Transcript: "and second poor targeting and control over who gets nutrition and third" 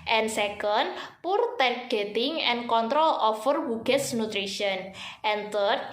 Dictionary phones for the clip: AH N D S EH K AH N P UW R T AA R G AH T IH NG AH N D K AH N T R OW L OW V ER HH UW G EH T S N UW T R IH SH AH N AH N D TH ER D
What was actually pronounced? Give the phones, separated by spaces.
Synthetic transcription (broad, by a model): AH N S EH K AH N P UW R T AA R G AH T IH NG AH N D K AH N T R OW L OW F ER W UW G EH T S N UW T R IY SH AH N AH N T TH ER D